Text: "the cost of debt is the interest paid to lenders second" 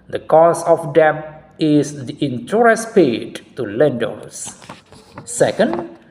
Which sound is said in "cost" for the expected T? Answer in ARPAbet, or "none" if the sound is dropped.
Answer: none